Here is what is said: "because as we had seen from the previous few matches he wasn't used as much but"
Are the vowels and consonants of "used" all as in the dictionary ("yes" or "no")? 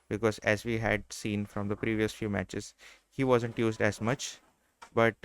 yes